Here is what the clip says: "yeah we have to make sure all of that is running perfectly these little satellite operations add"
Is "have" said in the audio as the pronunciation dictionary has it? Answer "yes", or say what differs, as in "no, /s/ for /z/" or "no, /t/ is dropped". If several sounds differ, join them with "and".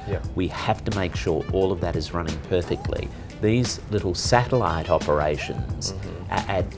no, /f/ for /v/